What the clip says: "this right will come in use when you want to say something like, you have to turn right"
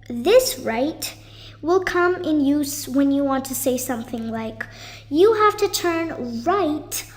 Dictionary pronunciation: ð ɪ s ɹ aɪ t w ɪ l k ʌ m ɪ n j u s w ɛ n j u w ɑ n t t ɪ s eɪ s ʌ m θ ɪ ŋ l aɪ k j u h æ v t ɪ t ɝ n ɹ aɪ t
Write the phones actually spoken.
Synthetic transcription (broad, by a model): ð ɪ s ɹ aɪ t w ɪ l k ʌ m ɪ n j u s w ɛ n j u w ɑ n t t ɪ s eɪ s ʌ m θ ɪ ŋ l aɪ k j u h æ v t ɪ t ɝ n ɹ aɪ t